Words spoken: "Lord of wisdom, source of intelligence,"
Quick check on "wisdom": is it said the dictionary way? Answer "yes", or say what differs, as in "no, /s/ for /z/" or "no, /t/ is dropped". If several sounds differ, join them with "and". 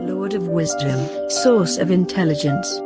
yes